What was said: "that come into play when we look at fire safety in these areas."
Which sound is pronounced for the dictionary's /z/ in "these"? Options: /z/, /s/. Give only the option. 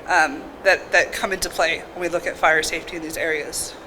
/z/